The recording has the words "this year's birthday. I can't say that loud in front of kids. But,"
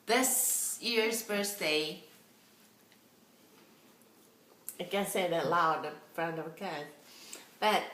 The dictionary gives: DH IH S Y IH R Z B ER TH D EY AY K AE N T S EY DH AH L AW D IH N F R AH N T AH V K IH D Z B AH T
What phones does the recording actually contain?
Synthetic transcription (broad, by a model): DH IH S Y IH R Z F ER S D EY AY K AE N S EY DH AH L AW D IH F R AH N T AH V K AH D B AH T